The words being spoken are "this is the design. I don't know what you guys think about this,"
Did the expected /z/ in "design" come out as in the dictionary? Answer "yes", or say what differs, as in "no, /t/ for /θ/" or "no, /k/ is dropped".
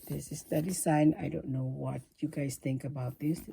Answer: no, /s/ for /z/